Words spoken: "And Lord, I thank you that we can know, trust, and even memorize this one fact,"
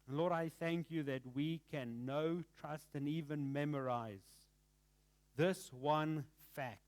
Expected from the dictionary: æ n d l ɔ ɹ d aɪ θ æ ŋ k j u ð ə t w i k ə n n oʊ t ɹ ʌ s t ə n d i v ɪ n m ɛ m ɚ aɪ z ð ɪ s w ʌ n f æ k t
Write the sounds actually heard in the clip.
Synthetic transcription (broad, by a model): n l ɔ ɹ d aɪ θ æ ŋ k j u ð ə t w i k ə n n oʊ t ɹ ʌ s t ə n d i v ɪ n m ɛ m ɚ aɪ z ð ɪ s w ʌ n f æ k t